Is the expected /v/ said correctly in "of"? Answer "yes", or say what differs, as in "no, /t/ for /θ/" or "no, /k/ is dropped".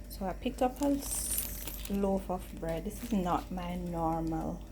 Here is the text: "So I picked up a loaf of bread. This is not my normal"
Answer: no, /f/ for /v/